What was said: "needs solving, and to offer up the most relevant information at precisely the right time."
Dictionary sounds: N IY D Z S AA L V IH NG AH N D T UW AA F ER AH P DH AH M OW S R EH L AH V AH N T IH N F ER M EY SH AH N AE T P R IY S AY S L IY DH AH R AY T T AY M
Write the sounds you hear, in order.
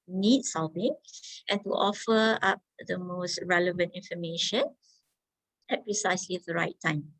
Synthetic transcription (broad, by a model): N IY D S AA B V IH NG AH N T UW AA F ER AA P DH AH M OW S R EH L AH V AH N T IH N F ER M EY SH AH N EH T P R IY S AY S L IY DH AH R AY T T AY M